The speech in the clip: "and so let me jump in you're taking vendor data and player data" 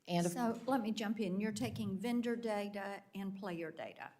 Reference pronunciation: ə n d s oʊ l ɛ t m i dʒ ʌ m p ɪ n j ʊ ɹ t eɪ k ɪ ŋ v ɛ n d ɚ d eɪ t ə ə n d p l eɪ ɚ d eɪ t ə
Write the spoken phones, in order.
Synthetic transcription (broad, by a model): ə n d s oʊ l ɛ t m i dʒ ʌ m p ɪ n j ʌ ɹ t eɪ k ɪ ŋ v ɛ n d ɚ d eɪ t ə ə n p l eɪ ɚ d eɪ t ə